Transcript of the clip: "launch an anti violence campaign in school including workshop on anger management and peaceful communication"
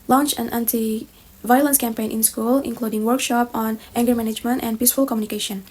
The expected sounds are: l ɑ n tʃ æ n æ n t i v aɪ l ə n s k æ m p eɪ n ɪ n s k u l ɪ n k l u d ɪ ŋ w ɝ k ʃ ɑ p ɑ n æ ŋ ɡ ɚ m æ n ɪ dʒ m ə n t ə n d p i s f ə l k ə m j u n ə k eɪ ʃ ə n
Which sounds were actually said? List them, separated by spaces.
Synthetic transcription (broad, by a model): l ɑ n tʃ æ n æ n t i v aɪ l ə n s k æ m p eɪ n ɪ n s k u l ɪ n k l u d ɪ ŋ w ɝ k ʃ ɑ p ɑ n æ ŋ ɡ ɚ m æ n ɪ dʒ m ə n t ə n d p i s f ə l k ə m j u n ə k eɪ ʃ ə n